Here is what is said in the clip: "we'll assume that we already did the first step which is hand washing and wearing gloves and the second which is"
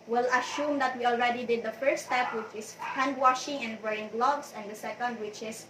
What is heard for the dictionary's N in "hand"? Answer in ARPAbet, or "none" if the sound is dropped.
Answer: N